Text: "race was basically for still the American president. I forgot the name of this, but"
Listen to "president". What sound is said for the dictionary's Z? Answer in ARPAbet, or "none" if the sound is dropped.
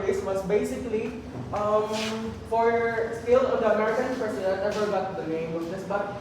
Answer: S